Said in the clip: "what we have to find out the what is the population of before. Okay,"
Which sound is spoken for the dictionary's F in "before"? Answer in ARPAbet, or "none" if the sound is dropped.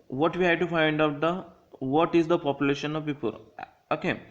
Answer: P